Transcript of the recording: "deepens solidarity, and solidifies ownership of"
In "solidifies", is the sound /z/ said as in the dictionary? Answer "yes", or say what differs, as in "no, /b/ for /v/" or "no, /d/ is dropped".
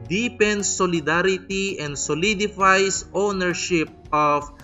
no, /s/ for /z/